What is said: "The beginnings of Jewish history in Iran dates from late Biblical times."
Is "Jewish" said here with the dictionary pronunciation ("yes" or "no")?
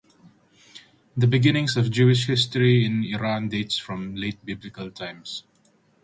yes